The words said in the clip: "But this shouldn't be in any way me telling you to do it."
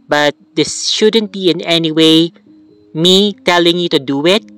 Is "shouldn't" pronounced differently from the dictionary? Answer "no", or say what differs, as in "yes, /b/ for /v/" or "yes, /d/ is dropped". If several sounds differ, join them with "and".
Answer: no